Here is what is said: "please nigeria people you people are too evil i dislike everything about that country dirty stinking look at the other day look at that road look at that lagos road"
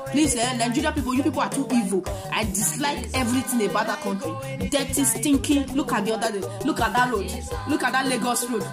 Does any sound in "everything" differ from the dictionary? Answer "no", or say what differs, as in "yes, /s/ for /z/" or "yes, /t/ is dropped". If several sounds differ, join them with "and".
yes, /t/ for /θ/